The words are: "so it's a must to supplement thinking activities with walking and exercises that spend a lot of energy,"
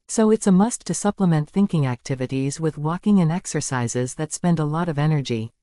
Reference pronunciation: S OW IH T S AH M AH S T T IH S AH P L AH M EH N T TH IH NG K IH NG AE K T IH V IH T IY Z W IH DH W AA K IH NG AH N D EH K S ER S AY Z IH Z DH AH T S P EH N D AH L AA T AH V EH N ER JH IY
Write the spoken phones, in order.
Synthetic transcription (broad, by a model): S OW IH T S AH M AH S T T IH S AH P L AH M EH N TH IH NG K IH NG AE K T IH V IH T IY Z W IH DH W AA K IH NG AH N EH K S ER S AY Z IH Z DH AH T S P EH N D AH L AA T AH V EH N ER JH IY